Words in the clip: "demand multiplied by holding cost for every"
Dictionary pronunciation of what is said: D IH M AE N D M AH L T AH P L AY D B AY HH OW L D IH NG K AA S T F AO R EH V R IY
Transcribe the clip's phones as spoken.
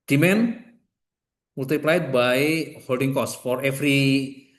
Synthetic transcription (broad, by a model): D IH M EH N M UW L T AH P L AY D B AY HH OW L D IH NG K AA S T F AO R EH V R IY